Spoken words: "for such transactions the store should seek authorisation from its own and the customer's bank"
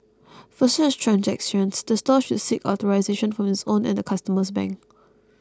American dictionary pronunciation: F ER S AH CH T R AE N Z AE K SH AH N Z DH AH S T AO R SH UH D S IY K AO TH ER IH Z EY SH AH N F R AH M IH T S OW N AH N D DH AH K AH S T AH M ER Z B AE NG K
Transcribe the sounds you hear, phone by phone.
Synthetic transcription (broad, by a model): F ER S AH CH T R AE N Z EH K S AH N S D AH S T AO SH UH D S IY K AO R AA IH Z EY SH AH N F R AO M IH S OW N AH N D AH K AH S T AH M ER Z B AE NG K